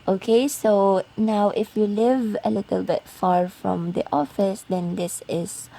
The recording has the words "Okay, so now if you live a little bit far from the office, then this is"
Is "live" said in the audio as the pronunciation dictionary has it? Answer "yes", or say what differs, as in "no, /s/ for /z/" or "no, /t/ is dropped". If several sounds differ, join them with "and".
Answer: yes